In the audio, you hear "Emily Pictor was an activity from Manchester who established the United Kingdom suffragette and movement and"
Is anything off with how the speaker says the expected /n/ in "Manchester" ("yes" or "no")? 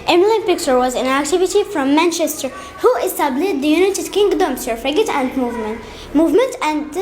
no